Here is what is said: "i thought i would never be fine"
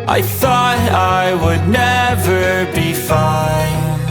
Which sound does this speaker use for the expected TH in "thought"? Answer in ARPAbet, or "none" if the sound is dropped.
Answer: TH